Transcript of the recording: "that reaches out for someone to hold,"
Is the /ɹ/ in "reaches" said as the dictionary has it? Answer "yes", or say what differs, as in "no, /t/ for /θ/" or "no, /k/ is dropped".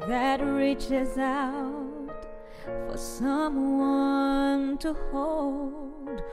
yes